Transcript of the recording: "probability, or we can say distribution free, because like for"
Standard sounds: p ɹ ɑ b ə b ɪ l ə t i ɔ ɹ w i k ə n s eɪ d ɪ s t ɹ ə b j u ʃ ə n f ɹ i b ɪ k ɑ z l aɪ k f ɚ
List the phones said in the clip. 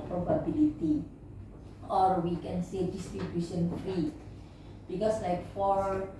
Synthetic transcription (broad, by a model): p ɹ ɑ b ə b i l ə t i ɔ ɹ w i k ə n s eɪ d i s t ɹ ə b j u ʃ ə n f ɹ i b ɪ k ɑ s l aɪ k f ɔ